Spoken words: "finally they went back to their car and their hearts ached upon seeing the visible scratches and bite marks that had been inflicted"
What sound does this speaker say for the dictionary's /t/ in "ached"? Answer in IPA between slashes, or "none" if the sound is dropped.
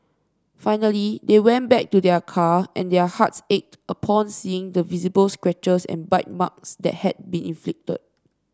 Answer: /t/